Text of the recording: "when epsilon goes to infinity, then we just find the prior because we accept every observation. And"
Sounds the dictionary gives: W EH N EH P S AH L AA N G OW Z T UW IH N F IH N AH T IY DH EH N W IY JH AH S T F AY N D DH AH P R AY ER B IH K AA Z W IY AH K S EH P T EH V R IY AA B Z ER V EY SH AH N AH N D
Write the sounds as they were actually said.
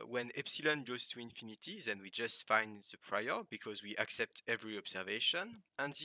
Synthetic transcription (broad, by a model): W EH N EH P S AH L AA N G OW Z T UW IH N F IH N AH T IY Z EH N W IY JH AH S T F AY N D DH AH P R AY ER B IH K AA Z W IY AH K S EH P T EH V R IY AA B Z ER V EY SH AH N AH N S